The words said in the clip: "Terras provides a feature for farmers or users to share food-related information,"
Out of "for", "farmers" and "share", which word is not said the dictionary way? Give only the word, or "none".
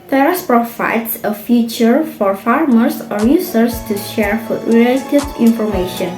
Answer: farmers